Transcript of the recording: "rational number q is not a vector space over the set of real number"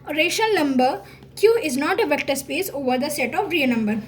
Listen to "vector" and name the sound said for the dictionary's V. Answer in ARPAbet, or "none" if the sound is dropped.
V